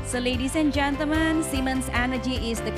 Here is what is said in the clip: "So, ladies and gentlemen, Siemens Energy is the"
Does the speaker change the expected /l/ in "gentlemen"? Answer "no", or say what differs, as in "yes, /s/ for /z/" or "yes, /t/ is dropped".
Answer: yes, /l/ is dropped